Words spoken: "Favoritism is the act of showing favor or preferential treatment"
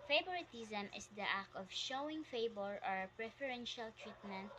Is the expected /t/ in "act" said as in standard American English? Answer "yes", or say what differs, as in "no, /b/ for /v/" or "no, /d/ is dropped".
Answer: no, /t/ is dropped